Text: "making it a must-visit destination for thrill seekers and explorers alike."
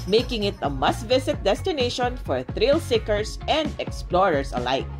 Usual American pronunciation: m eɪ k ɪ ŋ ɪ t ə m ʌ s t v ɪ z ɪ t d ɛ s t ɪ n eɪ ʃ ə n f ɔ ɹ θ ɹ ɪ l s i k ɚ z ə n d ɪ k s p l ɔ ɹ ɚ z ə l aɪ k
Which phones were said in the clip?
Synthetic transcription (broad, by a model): m eɪ k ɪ ŋ ɪ t ə m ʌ s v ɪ s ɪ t d ɛ s t ɪ n eɪ ʃ ə n f ɔ ɹ θ ɹ ɪ l s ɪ k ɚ s ə n d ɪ k s p l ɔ ɹ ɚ s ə l aɪ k